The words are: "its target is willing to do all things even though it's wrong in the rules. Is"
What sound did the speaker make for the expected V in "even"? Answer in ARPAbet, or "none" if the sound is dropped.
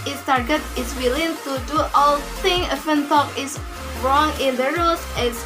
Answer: F